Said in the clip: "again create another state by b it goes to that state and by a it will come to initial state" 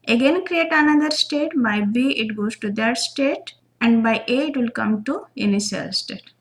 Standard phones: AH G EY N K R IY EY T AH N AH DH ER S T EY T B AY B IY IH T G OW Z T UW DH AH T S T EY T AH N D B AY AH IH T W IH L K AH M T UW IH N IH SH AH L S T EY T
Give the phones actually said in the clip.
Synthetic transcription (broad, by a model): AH G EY N K R IY EY T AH N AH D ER S T EY T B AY B IY IH T G OW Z T UW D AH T S T EY T AH N D B AY AH IH T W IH L K AH M T UW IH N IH S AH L S T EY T